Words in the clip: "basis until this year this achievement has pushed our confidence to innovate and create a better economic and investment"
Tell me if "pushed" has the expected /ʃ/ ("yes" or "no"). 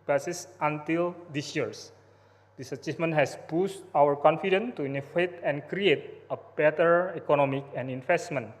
no